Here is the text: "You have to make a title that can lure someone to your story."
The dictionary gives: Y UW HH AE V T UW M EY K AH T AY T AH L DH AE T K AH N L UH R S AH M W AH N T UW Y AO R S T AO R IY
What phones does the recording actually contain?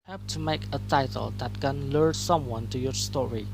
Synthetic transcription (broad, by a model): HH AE P T UW M EY K AH T AY T AH L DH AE T K AH N L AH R S AH M W AH N T UW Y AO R S T AO R IY